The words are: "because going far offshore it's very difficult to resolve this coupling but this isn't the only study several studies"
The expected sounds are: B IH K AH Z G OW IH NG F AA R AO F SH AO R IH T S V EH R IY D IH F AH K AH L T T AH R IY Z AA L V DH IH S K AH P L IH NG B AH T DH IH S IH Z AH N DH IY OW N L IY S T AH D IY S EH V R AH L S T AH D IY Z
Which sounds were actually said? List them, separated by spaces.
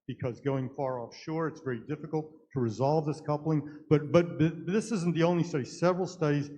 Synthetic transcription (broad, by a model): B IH K AH Z G OW IH NG F AA R AO F SH AO R IH T S V EH R IY D IH F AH K L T T AH R IY Z AA L V DH IH S K AH P L IH NG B AH T DH IH S IH Z N DH IY OW N L IY S T AH D IY S EH V R L S T AH D IY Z